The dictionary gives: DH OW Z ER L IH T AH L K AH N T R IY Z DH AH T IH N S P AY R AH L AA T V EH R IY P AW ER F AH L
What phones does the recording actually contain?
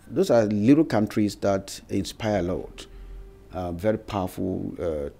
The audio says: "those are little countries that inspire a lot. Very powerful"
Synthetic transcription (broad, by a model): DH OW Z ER L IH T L K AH N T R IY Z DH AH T IH N S P AY R AH L AA T V EH R IY P AW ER F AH L